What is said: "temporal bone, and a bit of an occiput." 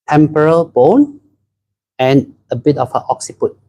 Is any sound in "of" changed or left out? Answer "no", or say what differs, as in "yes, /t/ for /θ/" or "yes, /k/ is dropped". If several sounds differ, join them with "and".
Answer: yes, /f/ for /v/